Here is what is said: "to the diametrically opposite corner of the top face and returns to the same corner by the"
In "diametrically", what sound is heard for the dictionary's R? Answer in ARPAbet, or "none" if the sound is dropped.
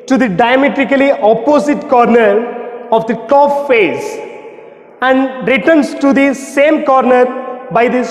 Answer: R